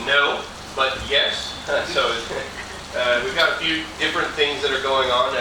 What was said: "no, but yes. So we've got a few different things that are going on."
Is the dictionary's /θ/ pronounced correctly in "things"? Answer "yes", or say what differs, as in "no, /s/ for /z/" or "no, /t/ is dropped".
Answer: yes